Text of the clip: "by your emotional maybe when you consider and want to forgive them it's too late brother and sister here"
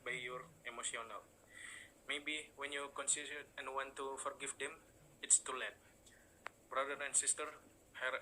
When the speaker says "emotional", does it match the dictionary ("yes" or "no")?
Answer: no